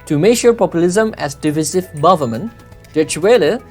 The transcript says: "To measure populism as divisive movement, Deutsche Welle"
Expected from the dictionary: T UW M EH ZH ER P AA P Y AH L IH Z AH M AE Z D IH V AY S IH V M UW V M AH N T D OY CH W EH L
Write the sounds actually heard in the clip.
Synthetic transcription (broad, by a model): T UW M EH SH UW P AA P Y AH L IH Z AH M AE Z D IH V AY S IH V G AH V M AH N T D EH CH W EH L